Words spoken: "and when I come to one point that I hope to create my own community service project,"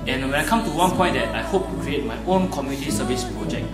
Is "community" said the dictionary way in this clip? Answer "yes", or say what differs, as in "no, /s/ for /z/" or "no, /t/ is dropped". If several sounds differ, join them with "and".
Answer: yes